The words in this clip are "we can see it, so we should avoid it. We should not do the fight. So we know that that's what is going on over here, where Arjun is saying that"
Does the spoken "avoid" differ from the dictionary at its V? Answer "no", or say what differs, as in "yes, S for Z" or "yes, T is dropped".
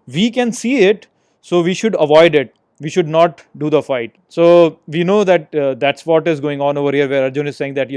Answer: no